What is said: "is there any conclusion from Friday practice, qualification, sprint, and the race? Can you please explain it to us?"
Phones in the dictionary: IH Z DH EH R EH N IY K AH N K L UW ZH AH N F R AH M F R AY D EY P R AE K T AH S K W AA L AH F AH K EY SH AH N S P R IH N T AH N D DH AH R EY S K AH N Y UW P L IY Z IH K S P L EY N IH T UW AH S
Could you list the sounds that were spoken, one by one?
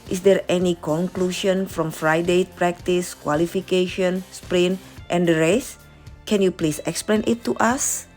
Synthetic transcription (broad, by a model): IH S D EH R EH N IY K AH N K L UW SH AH N F R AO M F R AY D EY P R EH K T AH S K W AA L AH F AH K EY SH AH N S P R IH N T AH N D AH R EY S K AH N Y UW P L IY S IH K S P L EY N IH T UW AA S